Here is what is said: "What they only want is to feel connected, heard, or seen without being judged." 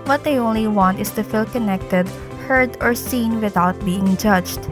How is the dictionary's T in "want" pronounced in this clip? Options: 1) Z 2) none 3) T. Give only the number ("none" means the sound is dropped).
3